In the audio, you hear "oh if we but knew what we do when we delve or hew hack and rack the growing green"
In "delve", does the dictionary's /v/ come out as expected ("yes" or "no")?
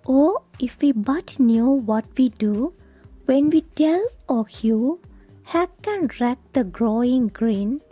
no